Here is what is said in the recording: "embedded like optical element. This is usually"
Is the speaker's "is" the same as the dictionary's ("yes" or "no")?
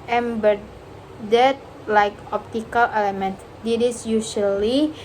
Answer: no